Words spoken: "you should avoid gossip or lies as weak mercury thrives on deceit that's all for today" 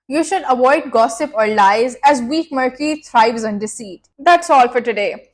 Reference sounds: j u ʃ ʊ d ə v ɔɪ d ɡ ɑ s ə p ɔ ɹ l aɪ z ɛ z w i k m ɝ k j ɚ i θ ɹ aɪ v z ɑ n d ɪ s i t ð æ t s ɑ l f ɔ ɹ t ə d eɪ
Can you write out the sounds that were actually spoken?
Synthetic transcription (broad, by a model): j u ʃ ʊ d ə v ɔɪ d ɡ ɑ s ə p ɔ ɹ l aɪ z ɛ z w i k m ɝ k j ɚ i t ɹ aɪ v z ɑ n d ɪ s i t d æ t s ɑ l f ɔ ɹ t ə d eɪ